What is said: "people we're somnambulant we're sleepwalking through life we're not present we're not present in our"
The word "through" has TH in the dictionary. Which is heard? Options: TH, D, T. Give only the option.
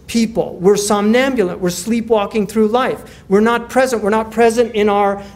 TH